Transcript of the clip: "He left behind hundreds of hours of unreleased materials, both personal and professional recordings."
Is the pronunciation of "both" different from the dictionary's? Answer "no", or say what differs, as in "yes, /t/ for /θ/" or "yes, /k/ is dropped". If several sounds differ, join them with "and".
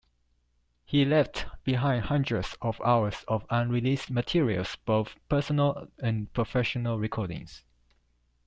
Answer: no